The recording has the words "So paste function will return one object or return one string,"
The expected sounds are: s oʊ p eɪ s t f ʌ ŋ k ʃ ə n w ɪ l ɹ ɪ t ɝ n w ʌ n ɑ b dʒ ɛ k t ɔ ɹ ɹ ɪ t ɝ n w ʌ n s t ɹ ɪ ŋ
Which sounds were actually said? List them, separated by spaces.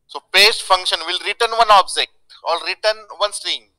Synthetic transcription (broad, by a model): s oʊ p eɪ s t f ʌ ŋ k ʃ ə n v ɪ l ɹ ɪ t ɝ n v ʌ n ɑ b dʒ ɛ k t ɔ l ɹ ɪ t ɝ n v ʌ n s t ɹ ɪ ŋ